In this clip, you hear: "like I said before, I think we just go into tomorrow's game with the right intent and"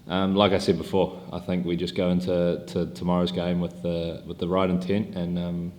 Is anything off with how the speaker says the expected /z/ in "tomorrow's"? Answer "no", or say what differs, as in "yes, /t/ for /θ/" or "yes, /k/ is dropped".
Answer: no